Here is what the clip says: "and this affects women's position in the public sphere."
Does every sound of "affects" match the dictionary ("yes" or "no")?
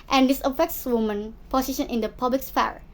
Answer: yes